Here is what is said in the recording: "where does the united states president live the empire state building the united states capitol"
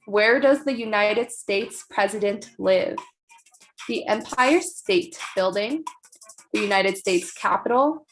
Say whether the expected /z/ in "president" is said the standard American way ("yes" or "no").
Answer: yes